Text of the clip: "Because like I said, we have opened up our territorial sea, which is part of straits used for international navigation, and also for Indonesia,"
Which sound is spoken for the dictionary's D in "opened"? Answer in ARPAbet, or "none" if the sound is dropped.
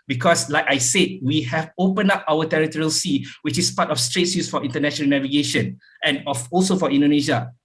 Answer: none